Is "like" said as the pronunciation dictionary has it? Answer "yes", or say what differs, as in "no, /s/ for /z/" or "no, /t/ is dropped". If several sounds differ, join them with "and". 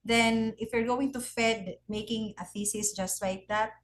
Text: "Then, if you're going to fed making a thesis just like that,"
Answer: no, /w/ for /l/